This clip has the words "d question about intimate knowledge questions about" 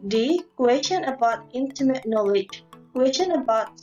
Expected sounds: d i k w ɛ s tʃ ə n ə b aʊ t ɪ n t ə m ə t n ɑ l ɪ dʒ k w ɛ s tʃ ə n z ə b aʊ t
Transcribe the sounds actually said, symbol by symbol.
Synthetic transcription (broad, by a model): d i k w ɛ s tʃ ə n ə b aʊ t ɪ n t ə m ə t n ɑ l ɪ dʒ k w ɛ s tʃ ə n ə b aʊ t